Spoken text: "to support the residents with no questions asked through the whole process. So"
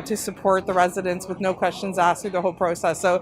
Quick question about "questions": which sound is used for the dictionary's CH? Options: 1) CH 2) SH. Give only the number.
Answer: 1